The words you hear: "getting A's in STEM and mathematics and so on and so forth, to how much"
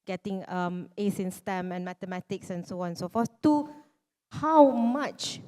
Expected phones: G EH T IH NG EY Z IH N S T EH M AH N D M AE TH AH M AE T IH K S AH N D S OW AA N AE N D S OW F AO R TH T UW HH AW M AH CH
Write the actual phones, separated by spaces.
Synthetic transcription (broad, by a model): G EH T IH NG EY S IH N S T EH M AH N M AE T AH M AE T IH K S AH N S OW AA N N S OW F AO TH T UW HH AW M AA CH